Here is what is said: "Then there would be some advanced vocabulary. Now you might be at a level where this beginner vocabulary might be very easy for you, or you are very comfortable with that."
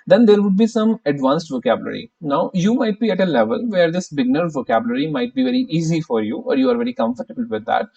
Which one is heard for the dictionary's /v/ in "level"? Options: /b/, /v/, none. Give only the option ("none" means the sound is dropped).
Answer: /v/